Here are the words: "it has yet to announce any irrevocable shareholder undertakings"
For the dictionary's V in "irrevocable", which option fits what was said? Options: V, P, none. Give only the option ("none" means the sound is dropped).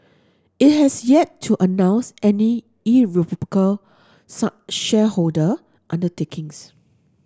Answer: P